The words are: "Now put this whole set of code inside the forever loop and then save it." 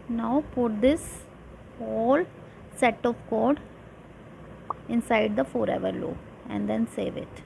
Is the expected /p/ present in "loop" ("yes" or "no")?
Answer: no